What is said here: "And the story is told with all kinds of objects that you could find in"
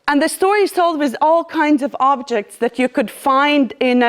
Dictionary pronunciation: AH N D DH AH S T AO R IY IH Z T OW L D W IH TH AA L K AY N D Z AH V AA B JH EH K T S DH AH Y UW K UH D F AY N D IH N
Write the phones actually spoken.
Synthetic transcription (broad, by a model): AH N DH AH S T AO R IY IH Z T OW L D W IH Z AA L K AY N D Z AH V AA B JH EH K T S DH AH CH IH K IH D F AY N D IH N